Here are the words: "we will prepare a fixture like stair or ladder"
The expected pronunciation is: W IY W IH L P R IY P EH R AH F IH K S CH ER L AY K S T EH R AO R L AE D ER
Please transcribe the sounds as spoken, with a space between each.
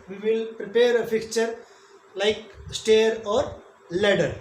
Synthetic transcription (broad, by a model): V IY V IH L P R IY P EH R AH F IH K CH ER L AY K S T EH R AO R L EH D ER